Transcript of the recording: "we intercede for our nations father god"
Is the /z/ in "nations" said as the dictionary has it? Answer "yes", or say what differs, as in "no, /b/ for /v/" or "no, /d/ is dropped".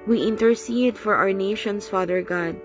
no, /s/ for /z/